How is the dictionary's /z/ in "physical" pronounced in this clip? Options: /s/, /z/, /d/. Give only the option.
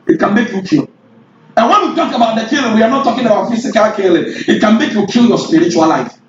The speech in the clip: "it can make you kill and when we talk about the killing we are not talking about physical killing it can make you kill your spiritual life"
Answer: /s/